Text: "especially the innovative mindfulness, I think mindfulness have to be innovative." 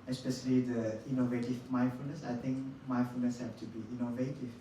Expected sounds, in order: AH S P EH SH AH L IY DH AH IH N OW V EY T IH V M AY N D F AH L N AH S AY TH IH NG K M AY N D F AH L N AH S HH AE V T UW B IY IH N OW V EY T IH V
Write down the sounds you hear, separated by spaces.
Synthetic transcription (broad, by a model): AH S P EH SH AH L IY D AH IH N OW V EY T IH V M AY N F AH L N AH S AY T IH NG K M AY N F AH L N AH S HH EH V T UW B IY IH N OW V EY T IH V